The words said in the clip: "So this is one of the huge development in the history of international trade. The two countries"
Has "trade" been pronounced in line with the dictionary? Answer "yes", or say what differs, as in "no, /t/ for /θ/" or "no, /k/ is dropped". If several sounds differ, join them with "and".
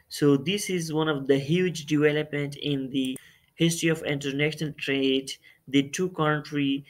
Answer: yes